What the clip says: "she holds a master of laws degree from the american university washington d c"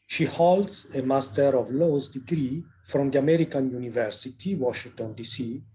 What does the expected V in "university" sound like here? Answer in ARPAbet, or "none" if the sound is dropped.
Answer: V